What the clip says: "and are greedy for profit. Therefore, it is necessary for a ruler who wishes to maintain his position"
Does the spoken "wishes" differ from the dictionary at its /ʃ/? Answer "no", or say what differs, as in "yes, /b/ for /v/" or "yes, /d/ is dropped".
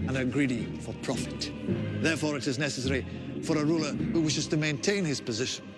no